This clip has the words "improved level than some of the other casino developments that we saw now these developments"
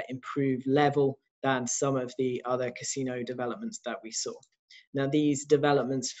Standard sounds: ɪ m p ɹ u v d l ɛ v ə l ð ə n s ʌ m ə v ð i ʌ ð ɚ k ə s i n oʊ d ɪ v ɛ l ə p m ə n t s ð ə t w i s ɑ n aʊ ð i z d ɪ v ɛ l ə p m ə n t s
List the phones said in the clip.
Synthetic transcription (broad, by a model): ɪ m p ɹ u v l ɛ v ə l ð ə n s ʌ m ə v ð i ʌ ð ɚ k ə s i n oʊ d ɪ v ɛ l ə p m ə n t s ð ə t w i s ɑ n aʊ ð i z d ɪ v ɛ l ə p m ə n t s